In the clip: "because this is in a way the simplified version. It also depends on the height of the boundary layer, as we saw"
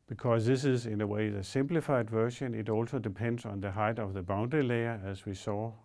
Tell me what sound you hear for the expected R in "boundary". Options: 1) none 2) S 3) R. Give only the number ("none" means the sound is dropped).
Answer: 1